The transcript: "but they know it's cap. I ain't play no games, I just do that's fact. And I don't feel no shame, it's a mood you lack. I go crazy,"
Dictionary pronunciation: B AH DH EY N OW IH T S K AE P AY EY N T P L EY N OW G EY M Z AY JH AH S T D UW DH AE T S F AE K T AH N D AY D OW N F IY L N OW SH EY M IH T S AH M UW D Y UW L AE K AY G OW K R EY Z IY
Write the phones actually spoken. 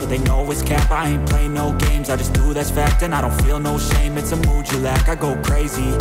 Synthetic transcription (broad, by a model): DH EY N OW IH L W K AE P AY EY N P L EY N OW G EY M Z AY JH AH S D UW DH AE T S F AE K T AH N AY D OW N F IY L N OW SH EY M IH T S AH M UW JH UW L AE K AY G OW K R EY Z IY